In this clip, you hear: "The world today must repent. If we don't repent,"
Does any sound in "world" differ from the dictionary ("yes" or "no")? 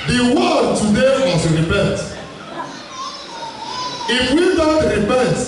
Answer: yes